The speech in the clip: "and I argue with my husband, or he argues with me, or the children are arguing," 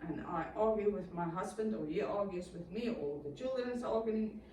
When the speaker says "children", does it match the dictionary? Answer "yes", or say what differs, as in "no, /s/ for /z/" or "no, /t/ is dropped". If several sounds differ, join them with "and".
no, /ɹ/ is dropped